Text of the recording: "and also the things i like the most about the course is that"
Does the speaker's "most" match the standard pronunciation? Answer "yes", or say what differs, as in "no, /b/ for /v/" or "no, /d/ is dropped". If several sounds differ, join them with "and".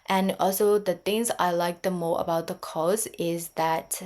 no, /s/ is dropped